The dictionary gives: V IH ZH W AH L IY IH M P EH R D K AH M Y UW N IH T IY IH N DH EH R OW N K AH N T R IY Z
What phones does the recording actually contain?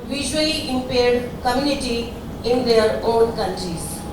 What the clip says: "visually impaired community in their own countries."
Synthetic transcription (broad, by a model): V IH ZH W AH L IY IH M P EH R D K AH M Y UW N IH T IY IH N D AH R OW N K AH N T R IY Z